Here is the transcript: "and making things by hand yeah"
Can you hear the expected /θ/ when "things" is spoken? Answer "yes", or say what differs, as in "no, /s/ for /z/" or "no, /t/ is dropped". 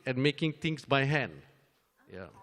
no, /t/ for /θ/